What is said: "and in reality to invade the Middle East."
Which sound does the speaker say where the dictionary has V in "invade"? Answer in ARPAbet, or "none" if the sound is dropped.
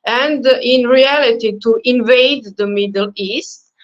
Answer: V